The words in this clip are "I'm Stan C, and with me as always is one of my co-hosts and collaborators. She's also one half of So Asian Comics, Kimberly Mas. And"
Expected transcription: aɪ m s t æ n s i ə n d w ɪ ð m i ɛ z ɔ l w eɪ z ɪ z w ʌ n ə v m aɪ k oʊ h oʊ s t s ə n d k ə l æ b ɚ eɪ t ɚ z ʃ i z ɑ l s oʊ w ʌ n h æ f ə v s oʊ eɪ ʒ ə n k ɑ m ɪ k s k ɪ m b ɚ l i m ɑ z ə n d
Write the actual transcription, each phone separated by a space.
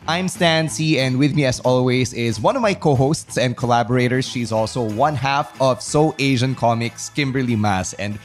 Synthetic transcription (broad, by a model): aɪ m s t æ n s i ə n d w ɪ ð m i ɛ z ɔ l w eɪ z ɪ z w ʌ n ə v m aɪ k oʊ h oʊ s t s ə n d k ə l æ b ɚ eɪ t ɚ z ʃ i z ɑ l s oʊ w ʌ n h æ f ə v s oʊ eɪ ʒ ə n k ɑ m ɪ k s k ɪ m b ɚ l i m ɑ s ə n d